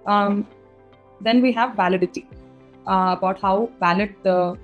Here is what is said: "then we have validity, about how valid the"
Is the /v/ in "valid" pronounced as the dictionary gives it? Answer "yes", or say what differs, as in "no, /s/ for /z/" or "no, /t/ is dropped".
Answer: no, /b/ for /v/